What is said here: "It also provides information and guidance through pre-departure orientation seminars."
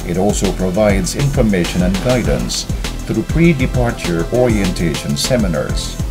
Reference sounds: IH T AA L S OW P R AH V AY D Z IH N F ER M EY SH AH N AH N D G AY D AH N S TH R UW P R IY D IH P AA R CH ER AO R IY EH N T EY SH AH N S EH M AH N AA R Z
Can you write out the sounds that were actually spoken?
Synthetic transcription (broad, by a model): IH T AA L S OW P R AH V AY D Z IH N F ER M EY SH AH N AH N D G AY D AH N S TH R UW P R IY D IH P AA R CH ER AO R IY EH N T EY SH AH N S EH M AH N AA R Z